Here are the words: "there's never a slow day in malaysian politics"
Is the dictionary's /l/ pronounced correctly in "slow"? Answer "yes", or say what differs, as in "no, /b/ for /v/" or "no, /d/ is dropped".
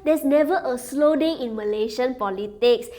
yes